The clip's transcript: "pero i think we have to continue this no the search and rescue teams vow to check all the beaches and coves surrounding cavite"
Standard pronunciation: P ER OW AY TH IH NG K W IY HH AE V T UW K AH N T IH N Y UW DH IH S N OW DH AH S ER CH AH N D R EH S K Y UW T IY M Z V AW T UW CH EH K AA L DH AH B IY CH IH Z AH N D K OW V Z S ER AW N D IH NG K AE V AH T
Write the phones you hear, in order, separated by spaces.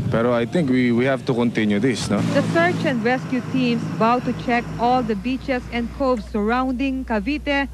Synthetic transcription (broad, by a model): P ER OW AY T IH NG K W IY HH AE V T UW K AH N T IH N Y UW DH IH S N OW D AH S ER CH AH N D R EH S K Y UW T IY M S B AW T UW CH EH K AA L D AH B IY CH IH S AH N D K OW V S S ER AW N D IH NG K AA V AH T